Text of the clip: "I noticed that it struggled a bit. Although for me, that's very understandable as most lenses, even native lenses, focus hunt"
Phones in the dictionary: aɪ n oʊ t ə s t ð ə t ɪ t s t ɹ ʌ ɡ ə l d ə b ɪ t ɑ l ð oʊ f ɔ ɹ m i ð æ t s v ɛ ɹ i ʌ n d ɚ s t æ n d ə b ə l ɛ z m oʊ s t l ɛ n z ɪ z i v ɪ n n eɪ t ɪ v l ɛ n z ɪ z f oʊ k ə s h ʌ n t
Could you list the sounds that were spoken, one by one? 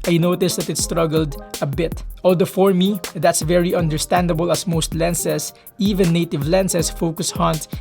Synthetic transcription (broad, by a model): aɪ n oʊ t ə s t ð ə t ɪ t s t ɹ ʌ ɡ ə l d ə b ɪ t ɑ l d oʊ f ɔ ɹ m i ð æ t s v ɛ ɹ i ʌ n d ɚ s t æ n d ə b ə l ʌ s m oʊ s t l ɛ n s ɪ s i v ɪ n n eɪ t ɪ v l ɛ n s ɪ s f oʊ k ə s h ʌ n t